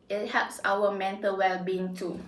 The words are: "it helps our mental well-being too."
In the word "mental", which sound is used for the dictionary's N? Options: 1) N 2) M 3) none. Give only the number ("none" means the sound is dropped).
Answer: 1